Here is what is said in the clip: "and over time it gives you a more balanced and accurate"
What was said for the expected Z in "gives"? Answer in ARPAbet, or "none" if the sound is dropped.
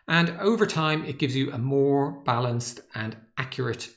Z